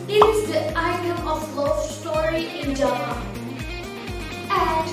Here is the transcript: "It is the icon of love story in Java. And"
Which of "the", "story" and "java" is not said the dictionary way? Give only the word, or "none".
java